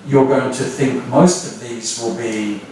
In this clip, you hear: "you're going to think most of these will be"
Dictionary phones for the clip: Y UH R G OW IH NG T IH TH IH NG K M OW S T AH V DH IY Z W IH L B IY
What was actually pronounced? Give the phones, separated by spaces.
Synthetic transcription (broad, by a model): Y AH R G OW IH NG T IH TH IH NG K M OW S T AH V DH IY Z W IH L B IY